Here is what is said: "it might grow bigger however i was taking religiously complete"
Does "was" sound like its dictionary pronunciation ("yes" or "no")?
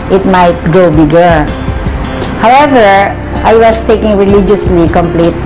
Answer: no